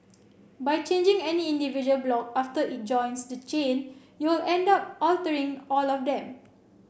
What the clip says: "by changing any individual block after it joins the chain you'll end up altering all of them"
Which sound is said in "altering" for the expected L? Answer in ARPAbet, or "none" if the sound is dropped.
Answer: L